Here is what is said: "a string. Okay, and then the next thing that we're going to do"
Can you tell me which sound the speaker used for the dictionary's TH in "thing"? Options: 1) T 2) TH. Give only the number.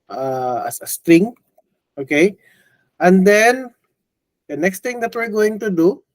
1